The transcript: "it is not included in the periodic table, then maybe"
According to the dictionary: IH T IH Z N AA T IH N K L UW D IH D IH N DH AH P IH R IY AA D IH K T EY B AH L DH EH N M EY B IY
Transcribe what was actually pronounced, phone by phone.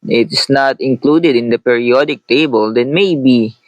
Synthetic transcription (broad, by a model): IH T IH S N AA T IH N K L UW D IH D IH N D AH P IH R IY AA D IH K T EY B AH L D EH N M EY B IY